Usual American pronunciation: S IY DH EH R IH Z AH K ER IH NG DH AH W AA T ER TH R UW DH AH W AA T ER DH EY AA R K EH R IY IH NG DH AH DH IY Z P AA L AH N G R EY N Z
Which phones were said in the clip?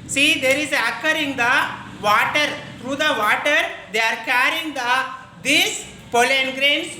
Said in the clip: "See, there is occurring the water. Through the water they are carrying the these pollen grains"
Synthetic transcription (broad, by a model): S IY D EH R IH Z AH K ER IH NG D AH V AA T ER T R UW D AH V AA T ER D EY AA R K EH R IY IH NG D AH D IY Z P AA L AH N G R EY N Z